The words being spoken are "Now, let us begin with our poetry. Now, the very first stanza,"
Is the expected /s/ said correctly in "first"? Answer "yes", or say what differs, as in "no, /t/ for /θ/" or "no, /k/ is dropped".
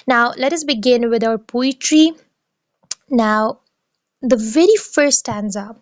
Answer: no, /s/ is dropped